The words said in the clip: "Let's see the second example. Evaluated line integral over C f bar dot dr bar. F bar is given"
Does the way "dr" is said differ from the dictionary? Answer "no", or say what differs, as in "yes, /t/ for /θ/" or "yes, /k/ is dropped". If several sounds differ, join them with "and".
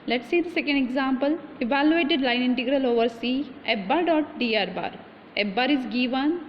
yes, /k/ is dropped